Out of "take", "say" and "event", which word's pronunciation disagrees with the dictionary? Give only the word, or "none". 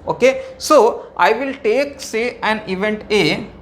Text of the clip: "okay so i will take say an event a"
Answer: none